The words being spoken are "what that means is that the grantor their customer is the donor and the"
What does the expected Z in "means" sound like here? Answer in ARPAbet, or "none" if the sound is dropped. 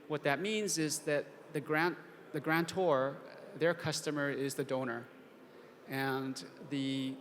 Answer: Z